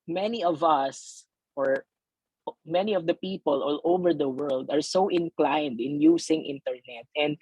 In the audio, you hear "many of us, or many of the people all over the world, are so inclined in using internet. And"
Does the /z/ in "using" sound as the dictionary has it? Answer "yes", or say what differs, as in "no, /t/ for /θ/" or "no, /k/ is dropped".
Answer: no, /s/ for /z/